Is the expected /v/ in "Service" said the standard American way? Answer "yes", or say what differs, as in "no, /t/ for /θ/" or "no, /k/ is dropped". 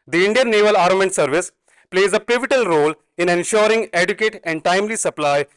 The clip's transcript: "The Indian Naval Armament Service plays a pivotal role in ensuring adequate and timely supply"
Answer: yes